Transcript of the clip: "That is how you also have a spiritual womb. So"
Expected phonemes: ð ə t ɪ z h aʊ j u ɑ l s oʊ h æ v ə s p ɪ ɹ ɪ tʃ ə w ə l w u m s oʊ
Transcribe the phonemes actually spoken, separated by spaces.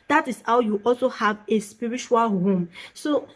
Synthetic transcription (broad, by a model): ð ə t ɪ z h aʊ j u ɑ l s oʊ h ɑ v ə s p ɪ ɹ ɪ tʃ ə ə l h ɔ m s oʊ